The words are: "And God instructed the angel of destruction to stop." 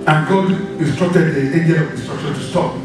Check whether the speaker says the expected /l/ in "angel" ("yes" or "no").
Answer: no